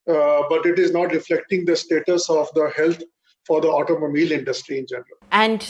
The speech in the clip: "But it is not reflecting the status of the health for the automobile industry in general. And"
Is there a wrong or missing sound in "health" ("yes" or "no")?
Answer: yes